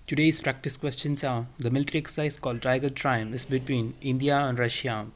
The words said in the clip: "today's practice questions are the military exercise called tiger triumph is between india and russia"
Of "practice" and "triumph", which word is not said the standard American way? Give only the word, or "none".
triumph